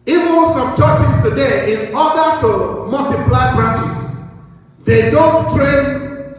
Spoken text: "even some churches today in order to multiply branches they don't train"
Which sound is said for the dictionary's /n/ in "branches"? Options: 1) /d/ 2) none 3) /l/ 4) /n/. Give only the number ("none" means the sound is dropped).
2